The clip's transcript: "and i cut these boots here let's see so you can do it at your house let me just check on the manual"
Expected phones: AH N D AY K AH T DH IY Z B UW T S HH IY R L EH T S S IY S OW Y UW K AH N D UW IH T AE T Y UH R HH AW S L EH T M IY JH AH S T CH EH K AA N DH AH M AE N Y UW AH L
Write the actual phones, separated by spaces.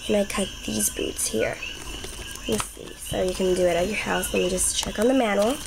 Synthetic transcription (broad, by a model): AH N AY K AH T DH IY Z B UW T S HH IY R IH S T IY S OW Y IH K AH N D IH IH T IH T Y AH R HH AW S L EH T M IY JH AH S CH EH K N DH AH M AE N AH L